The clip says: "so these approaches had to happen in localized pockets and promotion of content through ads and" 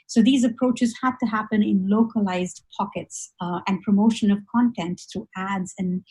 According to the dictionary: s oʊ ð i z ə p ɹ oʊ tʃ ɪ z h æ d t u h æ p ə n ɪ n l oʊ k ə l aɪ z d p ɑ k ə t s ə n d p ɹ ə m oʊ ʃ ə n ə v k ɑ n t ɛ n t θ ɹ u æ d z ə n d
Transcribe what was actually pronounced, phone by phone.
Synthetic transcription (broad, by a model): s oʊ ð i z ə p ɹ oʊ tʃ ɪ z h æ d t u h æ p ə n ɪ n l oʊ k ə l aɪ z d p ɑ k ə t s ə n d p ɹ ə m oʊ ʃ ə n ə v k ɑ n t ɛ n t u æ d z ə n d